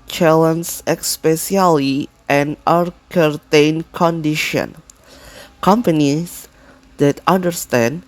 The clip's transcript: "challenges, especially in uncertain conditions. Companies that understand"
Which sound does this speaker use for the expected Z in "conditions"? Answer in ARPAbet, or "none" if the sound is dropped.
none